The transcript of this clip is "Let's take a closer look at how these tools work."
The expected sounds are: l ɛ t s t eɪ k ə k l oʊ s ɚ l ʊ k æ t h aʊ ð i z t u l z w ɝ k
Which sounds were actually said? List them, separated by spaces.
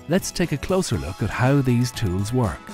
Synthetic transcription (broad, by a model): l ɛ t s t eɪ k ə k l oʊ s ɚ l ʊ k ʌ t h aʊ ð i z t u l z w ɝ k